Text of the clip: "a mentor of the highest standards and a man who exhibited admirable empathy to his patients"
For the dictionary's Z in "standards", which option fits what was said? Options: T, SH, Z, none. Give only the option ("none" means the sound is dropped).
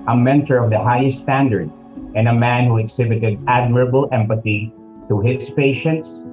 none